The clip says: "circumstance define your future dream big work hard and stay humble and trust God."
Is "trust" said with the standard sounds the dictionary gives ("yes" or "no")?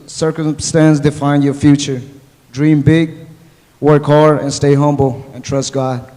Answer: yes